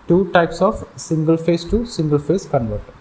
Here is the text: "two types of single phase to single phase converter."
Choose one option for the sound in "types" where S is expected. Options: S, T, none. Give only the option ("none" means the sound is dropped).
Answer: S